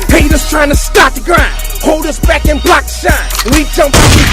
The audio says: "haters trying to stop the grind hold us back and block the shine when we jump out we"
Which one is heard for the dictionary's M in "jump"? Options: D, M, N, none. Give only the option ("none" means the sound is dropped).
M